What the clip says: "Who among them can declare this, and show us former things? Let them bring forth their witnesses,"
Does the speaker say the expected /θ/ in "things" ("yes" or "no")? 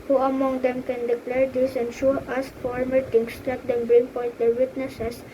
no